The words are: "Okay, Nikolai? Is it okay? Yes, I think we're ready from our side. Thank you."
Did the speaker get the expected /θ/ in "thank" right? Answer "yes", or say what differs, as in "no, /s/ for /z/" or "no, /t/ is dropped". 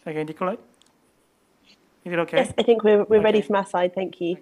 yes